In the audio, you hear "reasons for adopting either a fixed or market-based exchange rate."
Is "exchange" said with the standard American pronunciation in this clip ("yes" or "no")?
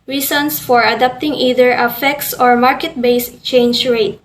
no